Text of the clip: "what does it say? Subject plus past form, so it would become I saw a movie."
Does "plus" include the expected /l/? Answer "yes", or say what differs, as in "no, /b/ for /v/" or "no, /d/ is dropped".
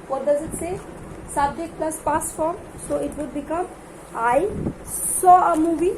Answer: yes